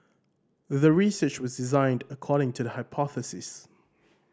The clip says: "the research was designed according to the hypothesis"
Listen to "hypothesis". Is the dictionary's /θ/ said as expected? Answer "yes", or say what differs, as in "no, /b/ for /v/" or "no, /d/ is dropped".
yes